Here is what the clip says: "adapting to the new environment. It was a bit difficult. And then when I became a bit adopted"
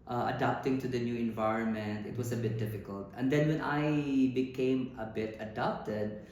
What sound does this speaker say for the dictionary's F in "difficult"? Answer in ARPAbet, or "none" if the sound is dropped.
F